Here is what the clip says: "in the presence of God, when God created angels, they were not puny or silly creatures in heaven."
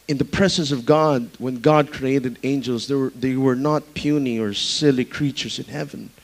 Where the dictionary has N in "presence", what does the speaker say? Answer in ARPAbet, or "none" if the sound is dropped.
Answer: N